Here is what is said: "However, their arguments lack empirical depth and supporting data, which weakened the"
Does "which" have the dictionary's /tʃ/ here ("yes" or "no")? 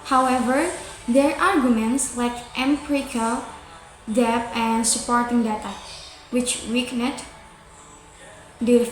yes